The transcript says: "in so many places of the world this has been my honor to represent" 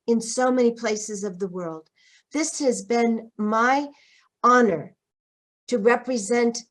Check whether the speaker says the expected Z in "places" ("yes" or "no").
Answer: yes